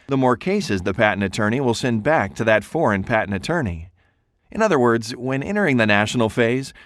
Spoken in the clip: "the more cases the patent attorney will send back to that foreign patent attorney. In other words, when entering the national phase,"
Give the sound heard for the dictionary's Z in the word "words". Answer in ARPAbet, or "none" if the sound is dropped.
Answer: Z